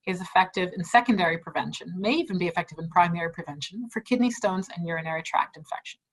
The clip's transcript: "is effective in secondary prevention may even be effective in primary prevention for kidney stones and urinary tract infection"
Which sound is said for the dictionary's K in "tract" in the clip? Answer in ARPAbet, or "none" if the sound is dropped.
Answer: K